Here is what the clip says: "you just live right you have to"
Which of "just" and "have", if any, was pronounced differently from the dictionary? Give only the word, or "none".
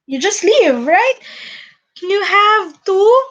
none